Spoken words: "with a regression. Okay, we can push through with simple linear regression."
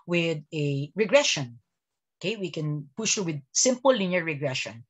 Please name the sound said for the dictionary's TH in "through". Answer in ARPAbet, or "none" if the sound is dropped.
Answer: T